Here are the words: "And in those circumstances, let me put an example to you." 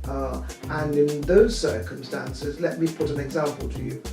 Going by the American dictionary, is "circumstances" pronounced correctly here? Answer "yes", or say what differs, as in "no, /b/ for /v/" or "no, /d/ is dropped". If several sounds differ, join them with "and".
yes